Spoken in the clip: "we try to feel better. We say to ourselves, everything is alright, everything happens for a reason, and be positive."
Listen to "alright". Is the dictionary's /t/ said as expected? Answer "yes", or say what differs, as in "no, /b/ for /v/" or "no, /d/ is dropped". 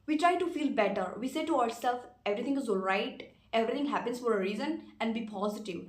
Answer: yes